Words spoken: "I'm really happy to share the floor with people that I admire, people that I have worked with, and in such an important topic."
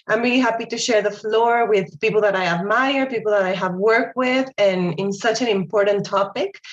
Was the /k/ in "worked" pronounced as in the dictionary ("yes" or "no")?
yes